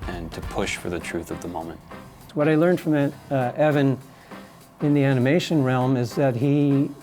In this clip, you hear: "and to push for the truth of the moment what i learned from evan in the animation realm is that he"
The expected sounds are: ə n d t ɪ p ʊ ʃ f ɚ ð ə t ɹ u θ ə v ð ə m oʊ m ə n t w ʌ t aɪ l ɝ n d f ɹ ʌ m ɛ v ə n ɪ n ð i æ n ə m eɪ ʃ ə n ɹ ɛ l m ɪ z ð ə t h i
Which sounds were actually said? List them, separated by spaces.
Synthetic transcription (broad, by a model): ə n t ɪ p ʊ ʃ f ɚ ð ə t ɹ u θ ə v ð ə m oʊ m ə n t w ʌ t aɪ l ɝ n d f ɹ ʌ m ɛ v ə n ɪ n ð i æ n ə m eɪ ʃ ə n ɹ ɛ l m ɪ z ð ə t h i